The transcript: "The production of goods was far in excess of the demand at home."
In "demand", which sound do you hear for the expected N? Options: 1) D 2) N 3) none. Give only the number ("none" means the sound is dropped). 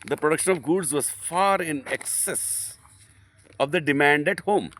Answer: 2